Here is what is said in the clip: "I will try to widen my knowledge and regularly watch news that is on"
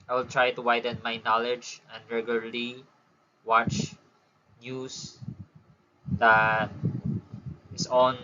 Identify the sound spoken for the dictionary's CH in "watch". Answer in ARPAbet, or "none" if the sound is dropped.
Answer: CH